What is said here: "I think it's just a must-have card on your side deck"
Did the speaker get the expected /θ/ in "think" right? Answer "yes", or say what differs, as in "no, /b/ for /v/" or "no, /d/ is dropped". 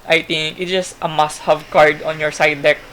no, /t/ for /θ/